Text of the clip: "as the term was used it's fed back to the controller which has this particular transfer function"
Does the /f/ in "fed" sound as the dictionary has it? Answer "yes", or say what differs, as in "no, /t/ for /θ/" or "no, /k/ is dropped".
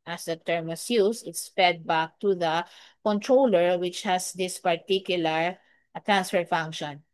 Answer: no, /p/ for /f/